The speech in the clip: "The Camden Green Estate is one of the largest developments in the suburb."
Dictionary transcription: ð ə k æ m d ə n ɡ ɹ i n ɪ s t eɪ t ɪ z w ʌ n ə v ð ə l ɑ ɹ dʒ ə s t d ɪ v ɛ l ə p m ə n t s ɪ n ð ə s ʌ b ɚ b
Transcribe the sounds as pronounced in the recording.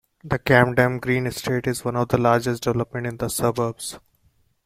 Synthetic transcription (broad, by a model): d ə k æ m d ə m ɡ ɹ i n ɪ s t eɪ t ɪ z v ʌ n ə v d ə l ɑ ɹ dʒ ə s t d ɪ v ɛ l ə p m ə n t ɪ n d ə s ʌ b ɚ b